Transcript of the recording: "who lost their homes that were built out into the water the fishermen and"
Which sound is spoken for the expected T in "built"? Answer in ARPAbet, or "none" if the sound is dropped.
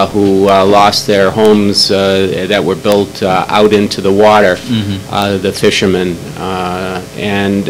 T